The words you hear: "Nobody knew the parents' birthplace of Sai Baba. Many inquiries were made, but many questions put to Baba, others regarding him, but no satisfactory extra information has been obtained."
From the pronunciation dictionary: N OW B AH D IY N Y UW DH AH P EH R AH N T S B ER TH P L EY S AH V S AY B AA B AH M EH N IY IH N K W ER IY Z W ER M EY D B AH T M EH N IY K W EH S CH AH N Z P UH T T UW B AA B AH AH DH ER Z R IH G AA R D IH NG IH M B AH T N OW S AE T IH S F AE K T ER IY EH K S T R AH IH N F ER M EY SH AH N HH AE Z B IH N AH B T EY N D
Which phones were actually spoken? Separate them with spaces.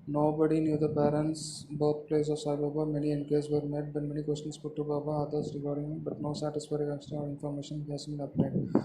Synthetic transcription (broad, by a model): N OW B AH D IY N Y UW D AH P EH R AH N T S B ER T P L EY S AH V S AY B AA B AH M EH N IY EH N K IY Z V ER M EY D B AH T M EH N IY K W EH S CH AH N S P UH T T UW B AA B AH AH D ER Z R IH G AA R D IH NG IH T B AH T N OW S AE T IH S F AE T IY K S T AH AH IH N F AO M EY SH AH N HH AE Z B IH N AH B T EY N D